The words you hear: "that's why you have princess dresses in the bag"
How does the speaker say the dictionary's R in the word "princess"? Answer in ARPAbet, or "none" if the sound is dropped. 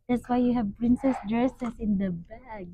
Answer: R